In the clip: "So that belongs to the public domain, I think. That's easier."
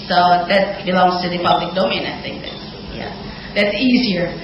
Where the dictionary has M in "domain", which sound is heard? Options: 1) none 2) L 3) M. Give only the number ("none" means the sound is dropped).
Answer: 3